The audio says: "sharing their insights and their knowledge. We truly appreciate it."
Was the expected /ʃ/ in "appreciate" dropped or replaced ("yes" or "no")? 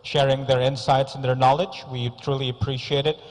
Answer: no